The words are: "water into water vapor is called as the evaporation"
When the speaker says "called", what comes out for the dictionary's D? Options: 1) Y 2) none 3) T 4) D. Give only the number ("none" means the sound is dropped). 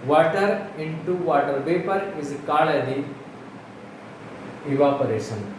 2